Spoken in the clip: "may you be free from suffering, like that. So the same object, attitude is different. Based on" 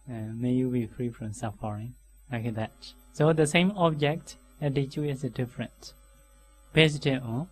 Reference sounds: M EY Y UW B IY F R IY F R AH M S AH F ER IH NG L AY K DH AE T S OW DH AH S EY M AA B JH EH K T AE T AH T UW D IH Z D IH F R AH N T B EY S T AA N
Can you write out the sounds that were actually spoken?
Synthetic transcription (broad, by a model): M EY Y UW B IY F R IY F R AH M S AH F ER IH NG L AY K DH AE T S OW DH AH S EY M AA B JH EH K T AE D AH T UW IH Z D IH F R AH N T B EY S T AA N